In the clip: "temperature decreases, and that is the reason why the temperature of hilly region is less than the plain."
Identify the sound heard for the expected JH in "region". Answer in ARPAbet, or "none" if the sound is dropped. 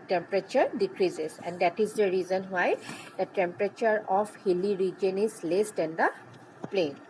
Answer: JH